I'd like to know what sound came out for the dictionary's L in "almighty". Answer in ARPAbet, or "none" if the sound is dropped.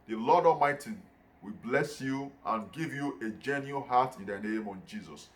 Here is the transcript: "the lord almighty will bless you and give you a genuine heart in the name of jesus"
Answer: none